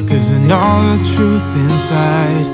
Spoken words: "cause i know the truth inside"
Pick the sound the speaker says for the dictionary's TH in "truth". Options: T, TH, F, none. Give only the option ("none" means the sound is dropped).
TH